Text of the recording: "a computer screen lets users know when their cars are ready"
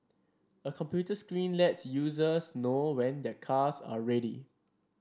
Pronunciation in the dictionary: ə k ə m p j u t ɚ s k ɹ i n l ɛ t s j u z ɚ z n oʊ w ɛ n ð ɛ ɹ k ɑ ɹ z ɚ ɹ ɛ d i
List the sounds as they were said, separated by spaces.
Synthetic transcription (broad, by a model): ə k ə m p j u t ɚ s k ɹ i n l ɛ t s j u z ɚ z n oʊ w ɛ n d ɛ k ɑ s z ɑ ɹ ɛ d i